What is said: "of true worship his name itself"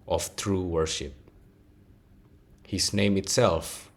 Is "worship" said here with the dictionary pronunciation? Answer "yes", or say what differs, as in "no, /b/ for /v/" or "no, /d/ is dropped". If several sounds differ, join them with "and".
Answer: yes